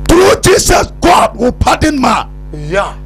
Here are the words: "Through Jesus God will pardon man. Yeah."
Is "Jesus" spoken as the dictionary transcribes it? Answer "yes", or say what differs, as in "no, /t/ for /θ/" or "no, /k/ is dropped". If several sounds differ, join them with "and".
no, /s/ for /z/